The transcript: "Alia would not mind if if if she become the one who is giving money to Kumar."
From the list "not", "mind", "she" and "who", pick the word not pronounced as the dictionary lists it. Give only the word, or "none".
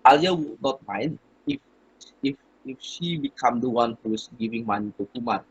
mind